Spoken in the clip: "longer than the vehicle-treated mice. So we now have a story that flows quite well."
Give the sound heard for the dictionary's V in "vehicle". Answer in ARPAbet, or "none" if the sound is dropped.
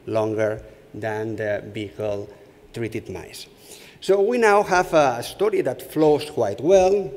B